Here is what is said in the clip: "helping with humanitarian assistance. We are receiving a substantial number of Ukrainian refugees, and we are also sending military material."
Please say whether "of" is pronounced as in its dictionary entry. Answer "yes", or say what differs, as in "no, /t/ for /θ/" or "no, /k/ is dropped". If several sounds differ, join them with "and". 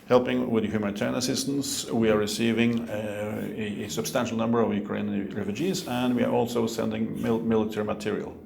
yes